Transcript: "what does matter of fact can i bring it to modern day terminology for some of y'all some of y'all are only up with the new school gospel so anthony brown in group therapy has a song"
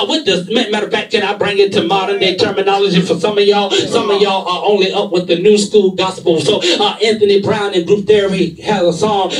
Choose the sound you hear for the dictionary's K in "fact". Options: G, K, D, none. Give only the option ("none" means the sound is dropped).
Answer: none